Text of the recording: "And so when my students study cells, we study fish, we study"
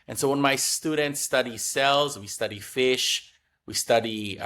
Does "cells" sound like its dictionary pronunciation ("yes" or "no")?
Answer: yes